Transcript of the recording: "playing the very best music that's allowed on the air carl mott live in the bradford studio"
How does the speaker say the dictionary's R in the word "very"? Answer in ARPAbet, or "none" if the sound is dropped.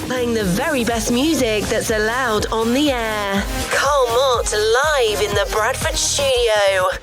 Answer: R